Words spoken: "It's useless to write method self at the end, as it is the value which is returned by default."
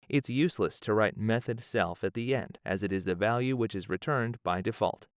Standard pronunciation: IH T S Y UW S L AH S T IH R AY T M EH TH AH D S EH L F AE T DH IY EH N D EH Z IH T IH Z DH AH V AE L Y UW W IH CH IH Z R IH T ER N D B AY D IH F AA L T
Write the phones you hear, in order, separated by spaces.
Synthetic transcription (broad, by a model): IH T S Y UW S L AH S T IH R AY T M EH TH AH D S EH L F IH T DH IY EH N D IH Z IH T IH Z DH AH V AE L Y UW W IH CH IH Z R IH T ER N B AY D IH F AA L T